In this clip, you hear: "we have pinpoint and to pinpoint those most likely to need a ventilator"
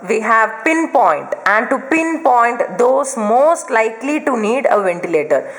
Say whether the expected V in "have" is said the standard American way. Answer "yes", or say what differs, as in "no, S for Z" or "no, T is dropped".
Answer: yes